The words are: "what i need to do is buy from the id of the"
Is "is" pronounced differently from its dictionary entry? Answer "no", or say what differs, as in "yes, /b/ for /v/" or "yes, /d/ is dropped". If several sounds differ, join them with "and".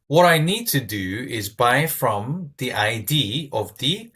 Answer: no